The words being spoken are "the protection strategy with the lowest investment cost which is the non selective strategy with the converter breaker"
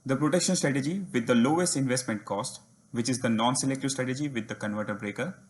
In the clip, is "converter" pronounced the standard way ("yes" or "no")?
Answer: yes